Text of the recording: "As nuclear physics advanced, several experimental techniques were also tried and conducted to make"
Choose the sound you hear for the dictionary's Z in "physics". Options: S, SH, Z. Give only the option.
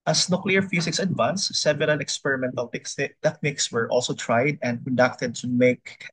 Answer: S